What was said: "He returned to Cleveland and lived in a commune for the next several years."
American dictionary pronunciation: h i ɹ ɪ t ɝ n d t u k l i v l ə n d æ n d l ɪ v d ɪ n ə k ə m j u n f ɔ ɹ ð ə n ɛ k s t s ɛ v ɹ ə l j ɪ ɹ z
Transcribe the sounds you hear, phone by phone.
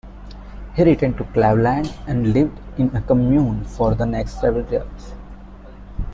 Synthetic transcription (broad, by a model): h i ɹ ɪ t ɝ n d t u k l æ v l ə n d æ n d l ɪ v d ɪ n ə k ə m j u n f ɔ ɹ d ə n ɛ k s t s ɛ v ə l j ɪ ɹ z